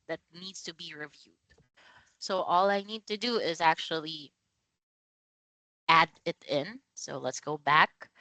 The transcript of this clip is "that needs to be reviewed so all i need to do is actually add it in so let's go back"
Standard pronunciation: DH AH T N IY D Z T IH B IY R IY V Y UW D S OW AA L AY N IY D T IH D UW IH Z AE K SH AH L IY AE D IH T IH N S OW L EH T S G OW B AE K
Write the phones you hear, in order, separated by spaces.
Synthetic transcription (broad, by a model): DH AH T N IY D Z T IH B IY R IY V Y UW D S OW AA L AY N IY D T IH D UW IH Z AE K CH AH L IY AE D IH T IH N S OW L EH T S G OW B AE K